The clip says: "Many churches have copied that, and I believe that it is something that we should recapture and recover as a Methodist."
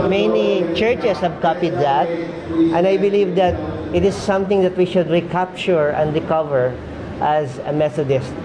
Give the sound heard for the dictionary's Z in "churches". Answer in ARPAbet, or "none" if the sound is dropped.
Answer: S